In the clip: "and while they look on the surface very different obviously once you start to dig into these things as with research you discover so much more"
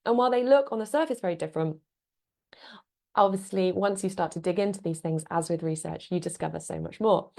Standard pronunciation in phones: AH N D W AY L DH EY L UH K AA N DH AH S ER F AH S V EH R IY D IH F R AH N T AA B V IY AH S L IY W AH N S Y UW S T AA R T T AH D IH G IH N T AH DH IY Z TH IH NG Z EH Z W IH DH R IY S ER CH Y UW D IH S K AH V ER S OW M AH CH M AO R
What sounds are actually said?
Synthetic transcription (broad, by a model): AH N W AY L DH EY L UH K N DH AH S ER F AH S V EH R IY D IH F R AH N T AA B V IY AH S L IY W AH N S Y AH S T AA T T AH D IH G IH N T AH DH IY Z TH IH NG Z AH Z W IH DH R IY S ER CH Y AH D IH S K AH V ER S OW M AH CH M AO